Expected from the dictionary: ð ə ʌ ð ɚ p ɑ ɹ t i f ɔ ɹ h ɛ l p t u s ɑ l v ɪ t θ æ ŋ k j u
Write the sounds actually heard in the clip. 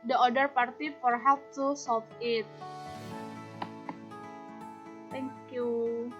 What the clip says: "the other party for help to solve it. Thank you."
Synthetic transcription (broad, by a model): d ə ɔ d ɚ p ɑ ɹ t i f ɔ ɹ h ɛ p t u s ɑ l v ɪ t t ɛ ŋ k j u